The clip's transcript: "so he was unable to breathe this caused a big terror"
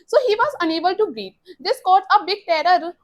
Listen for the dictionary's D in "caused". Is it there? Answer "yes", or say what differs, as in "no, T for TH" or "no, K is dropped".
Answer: no, D is dropped